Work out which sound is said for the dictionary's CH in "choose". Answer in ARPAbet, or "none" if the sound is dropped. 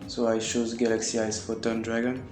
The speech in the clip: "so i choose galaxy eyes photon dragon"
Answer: SH